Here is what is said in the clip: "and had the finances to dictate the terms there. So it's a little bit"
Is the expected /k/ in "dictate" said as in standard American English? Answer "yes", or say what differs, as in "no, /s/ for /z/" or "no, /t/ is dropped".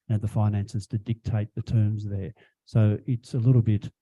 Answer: yes